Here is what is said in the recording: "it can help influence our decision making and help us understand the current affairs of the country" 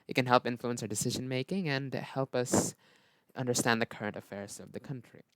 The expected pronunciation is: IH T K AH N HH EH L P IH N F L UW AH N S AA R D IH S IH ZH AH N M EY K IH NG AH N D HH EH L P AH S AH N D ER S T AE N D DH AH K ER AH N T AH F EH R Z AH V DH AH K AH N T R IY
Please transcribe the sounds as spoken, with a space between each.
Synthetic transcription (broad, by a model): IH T K AH N HH EH L P IH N F L UW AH N S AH R D IH S IH ZH AH N M EY K IH NG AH N HH EH L P AH S AH N D ER S T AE N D DH AH K ER AH N T AH F EH R Z AH V DH AH K AH N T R IY